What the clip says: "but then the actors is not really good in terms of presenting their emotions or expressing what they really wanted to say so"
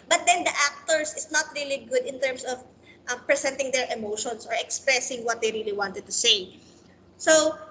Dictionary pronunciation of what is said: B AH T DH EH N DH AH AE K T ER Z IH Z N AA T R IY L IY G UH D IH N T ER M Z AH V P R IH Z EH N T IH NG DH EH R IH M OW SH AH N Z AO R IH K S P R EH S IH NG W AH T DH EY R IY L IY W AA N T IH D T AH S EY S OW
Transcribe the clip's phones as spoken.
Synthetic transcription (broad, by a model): B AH T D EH N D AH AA K T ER S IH S N AA T R IY L IY G UH D IH N T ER M S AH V P R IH S EH N T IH NG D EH R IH M OW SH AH N S AO R IH K S P R EH S IH NG W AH T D EY R IY L IY W AA N T IH D T AH S EY S OW